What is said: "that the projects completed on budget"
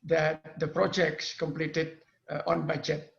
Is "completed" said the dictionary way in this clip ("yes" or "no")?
yes